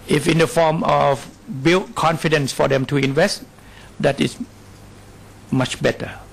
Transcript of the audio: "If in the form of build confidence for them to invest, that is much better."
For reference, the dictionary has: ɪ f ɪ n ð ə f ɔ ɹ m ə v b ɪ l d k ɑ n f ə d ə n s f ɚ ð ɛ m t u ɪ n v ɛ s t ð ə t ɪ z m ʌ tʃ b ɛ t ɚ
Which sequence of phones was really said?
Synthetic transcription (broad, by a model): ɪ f ɪ n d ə f ɔ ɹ m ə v b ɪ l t k ɑ n f ə d ə n s f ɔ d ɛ m t u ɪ n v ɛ s t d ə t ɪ s m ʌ tʃ b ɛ t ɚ